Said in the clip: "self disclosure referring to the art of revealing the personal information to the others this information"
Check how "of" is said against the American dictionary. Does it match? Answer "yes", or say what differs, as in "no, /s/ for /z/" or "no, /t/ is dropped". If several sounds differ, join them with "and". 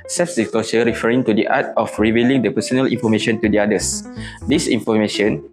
no, /f/ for /v/